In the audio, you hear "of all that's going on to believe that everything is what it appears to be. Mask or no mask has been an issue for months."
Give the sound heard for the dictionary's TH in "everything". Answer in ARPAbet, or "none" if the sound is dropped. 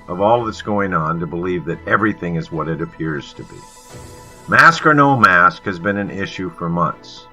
TH